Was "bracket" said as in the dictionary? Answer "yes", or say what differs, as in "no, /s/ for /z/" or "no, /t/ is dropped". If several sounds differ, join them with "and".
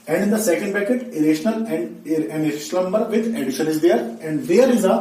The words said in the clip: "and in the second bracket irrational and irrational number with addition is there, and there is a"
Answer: no, /ɹ/ is dropped